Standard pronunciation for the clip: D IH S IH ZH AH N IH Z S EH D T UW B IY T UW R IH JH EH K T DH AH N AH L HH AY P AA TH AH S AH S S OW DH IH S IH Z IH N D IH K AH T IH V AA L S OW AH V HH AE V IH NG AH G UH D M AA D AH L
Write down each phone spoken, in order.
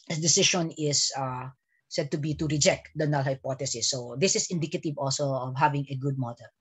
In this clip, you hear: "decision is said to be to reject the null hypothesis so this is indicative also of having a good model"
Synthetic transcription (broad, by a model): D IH S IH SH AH N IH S S EH D T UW B IY T UW R IH JH EH K T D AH N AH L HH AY P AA T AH S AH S S OW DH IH S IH S IH N D IH K AH T IH V AA L S OW AH V HH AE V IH NG AH G UH D M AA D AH L